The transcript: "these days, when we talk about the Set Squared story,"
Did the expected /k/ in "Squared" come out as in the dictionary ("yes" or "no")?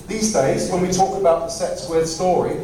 no